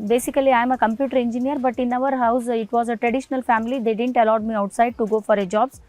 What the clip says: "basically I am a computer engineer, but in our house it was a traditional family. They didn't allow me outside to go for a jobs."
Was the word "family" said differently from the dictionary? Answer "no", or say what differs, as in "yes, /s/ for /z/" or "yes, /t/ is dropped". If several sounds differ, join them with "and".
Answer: no